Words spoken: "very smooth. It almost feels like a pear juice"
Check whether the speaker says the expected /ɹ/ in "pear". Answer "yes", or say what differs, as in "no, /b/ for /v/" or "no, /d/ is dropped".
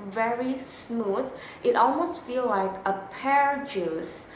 yes